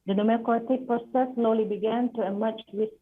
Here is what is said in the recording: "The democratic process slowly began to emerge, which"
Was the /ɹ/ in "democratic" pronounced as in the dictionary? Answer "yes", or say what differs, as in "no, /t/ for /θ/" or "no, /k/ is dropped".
no, /ɹ/ is dropped